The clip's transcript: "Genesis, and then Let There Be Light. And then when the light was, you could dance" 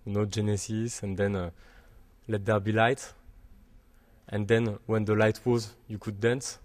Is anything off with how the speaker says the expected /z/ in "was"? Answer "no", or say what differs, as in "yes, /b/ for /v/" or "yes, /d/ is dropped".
no